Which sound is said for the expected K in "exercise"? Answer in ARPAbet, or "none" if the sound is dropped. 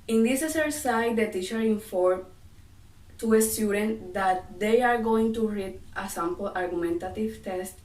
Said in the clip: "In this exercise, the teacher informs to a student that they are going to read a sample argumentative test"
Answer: none